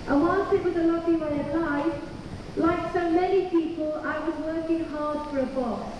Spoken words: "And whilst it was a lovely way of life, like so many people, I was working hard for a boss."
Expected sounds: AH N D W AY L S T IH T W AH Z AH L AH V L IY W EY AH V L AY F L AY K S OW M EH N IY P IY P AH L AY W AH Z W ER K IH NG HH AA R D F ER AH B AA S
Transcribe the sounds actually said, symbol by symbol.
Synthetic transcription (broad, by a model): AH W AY N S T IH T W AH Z AH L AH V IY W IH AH P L AY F L AY K S OW M EH N IY P IY P AH L AY W AH Z W ER K IH NG HH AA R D F ER AH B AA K